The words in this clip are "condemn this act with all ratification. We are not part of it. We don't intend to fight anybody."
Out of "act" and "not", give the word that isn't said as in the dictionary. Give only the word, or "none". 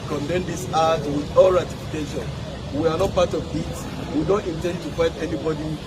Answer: act